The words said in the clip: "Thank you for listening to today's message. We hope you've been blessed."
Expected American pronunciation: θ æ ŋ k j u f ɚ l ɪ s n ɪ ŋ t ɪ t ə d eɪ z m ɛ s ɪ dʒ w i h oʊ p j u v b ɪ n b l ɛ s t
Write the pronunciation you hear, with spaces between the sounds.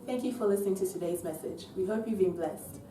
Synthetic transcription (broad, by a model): θ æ ŋ k j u f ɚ l ɪ s n ɪ ŋ t ɪ t ə d eɪ z m ɛ s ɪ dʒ w i h oʊ p j u v b ɪ n b l ɛ s t